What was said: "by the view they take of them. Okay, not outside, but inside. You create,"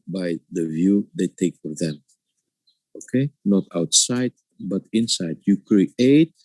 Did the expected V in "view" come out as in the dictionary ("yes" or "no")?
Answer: yes